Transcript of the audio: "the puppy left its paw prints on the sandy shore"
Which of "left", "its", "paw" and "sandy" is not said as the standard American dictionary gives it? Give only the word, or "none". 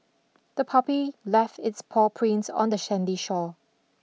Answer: sandy